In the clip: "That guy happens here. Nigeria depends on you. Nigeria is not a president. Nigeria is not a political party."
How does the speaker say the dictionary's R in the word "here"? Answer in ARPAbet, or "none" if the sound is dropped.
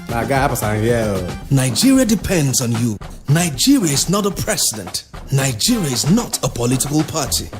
L